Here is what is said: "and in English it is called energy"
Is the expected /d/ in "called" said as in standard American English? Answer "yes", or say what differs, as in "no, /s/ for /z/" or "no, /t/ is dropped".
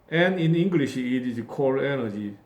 no, /d/ is dropped